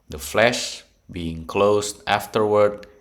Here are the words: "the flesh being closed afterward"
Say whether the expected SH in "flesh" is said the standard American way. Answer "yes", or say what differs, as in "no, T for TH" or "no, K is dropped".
yes